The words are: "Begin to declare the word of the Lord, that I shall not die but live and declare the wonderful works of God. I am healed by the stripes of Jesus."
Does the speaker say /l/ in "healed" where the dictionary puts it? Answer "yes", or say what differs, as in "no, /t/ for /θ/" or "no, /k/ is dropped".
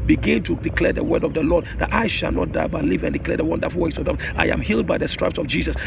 yes